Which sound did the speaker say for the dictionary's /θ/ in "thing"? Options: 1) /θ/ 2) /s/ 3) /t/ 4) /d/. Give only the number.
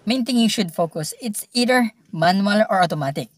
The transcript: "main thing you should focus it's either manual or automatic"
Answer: 3